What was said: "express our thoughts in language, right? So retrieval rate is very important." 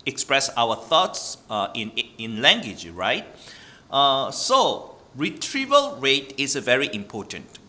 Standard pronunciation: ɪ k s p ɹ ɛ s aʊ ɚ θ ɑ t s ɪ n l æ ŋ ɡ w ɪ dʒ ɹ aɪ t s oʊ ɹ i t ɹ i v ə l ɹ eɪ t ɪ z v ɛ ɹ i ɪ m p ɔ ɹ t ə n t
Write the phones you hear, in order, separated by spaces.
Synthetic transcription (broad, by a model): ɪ k s p ɹ ɛ s aʊ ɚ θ ɑ t s ɪ n l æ ŋ ɡ w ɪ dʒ ɹ aɪ t s oʊ ɹ i t ɹ i v ə l ɹ eɪ t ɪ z v ɛ ɹ i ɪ m p ɔ t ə n t